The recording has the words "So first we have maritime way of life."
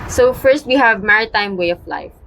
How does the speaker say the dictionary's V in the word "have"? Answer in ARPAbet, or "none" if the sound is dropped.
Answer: V